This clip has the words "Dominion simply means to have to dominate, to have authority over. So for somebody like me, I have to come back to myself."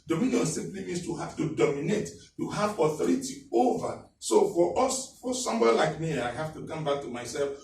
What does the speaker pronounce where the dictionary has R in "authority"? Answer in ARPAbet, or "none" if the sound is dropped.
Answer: R